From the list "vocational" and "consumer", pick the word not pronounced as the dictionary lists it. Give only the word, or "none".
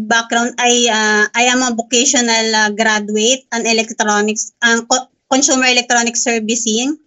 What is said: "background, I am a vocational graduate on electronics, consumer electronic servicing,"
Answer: vocational